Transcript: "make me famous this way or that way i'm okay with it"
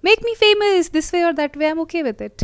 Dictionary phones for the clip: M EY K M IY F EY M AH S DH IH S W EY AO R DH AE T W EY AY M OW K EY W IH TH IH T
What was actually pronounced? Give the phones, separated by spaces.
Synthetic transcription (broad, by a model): M EY K M IY F EY M AH S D IH S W EY AO R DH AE T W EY AY M OW K EY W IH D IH T